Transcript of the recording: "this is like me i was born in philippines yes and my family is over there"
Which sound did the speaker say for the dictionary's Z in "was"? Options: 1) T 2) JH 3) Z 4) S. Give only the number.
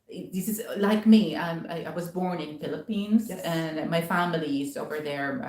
3